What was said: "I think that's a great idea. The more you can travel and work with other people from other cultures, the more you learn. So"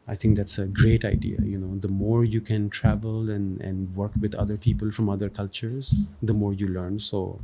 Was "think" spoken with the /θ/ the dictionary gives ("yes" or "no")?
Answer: no